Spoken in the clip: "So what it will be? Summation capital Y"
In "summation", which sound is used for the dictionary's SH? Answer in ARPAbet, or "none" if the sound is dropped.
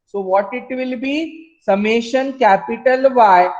SH